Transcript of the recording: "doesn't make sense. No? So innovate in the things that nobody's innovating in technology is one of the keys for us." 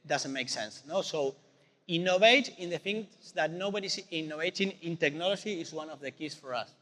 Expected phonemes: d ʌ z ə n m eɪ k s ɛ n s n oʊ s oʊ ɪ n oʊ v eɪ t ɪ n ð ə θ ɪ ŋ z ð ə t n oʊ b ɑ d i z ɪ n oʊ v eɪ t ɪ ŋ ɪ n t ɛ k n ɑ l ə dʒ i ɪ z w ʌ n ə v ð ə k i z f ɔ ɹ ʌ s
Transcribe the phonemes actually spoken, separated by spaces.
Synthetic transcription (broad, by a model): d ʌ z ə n m eɪ k s ɛ n s n oʊ s oʊ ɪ n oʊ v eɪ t ɪ n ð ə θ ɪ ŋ s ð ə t n oʊ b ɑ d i s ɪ n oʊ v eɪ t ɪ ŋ ɪ n t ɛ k n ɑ l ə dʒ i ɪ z w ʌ n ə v ð ə k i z f ɔ ɹ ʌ s